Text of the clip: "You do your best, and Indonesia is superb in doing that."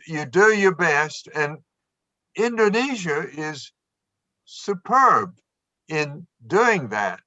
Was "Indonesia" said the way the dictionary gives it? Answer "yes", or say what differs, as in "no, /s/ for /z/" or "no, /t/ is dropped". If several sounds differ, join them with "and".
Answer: yes